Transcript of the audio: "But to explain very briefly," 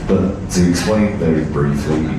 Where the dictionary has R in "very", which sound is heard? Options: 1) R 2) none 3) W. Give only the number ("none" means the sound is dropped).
2